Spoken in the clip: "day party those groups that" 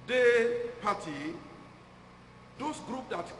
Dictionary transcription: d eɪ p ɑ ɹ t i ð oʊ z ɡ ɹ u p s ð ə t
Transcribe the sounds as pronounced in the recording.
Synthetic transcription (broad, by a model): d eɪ p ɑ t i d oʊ s ɡ ɹ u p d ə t